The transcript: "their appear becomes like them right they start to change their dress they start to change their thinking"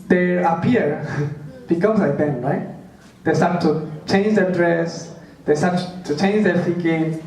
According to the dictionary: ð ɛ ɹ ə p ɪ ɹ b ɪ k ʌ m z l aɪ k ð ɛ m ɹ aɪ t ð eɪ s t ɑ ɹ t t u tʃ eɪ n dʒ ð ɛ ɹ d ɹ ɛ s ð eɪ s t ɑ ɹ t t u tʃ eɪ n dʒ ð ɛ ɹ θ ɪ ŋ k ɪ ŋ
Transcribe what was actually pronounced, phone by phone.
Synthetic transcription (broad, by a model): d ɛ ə p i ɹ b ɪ k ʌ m s l aɪ k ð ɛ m ɹ aɪ t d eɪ s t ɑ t t u tʃ eɪ n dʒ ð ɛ d ɹ ɛ s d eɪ s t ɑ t t u tʃ eɪ n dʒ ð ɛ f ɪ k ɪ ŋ